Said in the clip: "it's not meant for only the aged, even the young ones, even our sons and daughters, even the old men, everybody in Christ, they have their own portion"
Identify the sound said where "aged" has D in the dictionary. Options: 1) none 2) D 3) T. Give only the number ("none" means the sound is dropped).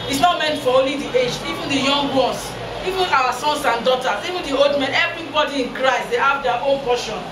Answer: 1